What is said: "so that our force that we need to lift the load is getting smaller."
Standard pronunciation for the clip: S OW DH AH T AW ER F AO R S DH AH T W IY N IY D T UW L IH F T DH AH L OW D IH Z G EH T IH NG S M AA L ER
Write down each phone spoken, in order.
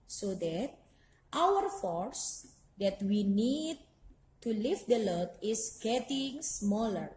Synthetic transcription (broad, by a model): S OW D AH T AW ER F AO R S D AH T W IY N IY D T UW L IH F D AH L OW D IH S G EH T IH NG S M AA L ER